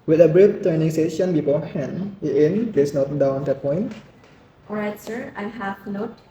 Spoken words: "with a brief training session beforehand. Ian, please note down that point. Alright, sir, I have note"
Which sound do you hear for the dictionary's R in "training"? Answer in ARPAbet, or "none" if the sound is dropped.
none